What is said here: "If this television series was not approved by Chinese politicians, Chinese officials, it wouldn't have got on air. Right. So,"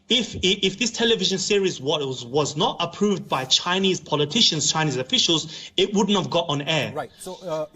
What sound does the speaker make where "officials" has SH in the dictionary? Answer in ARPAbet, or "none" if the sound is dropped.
SH